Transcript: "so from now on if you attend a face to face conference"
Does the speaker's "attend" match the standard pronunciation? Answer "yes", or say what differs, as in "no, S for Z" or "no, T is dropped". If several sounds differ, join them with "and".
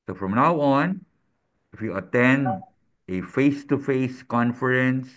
yes